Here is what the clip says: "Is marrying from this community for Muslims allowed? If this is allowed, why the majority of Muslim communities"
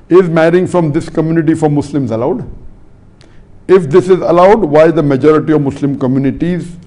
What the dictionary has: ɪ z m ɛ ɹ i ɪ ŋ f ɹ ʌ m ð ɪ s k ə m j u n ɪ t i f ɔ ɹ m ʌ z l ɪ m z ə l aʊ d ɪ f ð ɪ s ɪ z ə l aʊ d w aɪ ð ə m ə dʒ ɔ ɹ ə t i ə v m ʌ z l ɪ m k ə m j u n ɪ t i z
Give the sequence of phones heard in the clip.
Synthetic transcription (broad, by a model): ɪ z m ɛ ɹ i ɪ ŋ f ɹ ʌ m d ɪ s k ə m j u n ɪ t i f ɔ ɹ m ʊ s l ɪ m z ə l aʊ d ɪ f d ɪ s ɪ z ə l aʊ d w aɪ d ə m ə dʒ ɔ ɹ ə t i ə v m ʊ s l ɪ m k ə m j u n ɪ t i z